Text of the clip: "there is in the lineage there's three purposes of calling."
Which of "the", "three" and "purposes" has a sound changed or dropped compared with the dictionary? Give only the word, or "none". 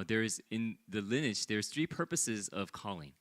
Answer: none